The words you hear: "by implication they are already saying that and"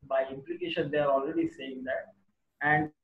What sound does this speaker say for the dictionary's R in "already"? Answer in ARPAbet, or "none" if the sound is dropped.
R